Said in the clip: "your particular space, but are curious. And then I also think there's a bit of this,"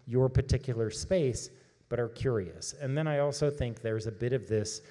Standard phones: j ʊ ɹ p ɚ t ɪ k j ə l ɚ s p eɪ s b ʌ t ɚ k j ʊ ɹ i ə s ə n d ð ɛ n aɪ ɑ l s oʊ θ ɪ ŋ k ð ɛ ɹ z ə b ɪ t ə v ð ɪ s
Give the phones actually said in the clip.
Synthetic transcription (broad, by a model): j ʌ ɹ p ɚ t ɪ k j l ɚ s p eɪ s b ʌ t ɚ k j ʊ ɹ i ə s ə n ð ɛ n aɪ ɑ l s oʊ θ ɪ ŋ k ð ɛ ɹ z ə b ɪ t ə v ð ɪ s